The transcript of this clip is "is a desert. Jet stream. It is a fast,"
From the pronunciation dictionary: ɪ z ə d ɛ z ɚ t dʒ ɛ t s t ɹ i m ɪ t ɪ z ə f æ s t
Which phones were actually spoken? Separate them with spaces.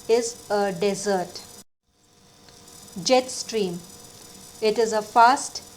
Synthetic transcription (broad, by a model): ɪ z ə d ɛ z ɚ t dʒ ɛ t s t ɹ i m ɪ t ɪ z ə f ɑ s t